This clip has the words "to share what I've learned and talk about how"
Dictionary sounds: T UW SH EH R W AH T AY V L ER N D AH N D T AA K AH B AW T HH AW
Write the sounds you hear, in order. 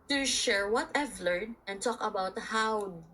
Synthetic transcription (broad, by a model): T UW SH EH R W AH T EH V L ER D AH N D T AA K AH B AW T HH AW